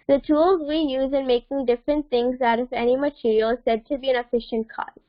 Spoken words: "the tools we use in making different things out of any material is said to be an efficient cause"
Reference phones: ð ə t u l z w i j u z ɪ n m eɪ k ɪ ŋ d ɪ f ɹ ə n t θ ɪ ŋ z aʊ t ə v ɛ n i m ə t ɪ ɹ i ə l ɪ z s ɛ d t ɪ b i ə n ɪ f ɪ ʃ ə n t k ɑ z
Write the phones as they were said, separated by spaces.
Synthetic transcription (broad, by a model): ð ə t u l z w i j u z ɪ n m eɪ k ɪ ŋ d ɪ f ɹ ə n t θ ɪ ŋ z aʊ t ə v ɛ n i m ə t ɪ ɹ i ə l s ɛ d t ɪ b i ə n ɪ f ɪ ʃ ə n t k ɑ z